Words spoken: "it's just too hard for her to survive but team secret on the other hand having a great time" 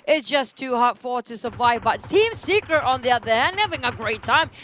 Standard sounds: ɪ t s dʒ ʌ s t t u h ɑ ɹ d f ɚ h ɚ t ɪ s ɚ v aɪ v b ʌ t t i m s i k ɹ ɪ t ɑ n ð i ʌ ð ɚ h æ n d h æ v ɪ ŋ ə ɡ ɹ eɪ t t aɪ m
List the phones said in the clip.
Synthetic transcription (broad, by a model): ɪ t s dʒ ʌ s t t u h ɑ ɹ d f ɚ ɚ t ɪ s ɚ v aɪ v b ʌ t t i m s i k ɹ ɪ t n ð i ʌ ð ɚ h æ n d h æ v ɪ ŋ ə ɡ ɹ eɪ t t aɪ m